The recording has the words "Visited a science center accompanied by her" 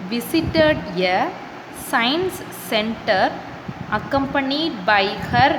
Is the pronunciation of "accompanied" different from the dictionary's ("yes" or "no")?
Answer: no